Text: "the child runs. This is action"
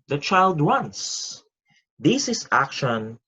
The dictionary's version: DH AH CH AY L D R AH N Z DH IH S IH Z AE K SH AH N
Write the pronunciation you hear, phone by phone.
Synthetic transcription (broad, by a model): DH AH CH AY L D W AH N S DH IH S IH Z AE K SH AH N